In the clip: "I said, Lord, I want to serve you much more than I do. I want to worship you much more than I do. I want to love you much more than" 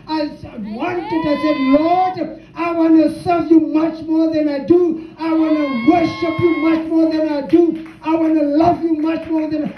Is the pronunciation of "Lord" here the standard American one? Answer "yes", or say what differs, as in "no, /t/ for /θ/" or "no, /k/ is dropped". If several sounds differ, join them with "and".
yes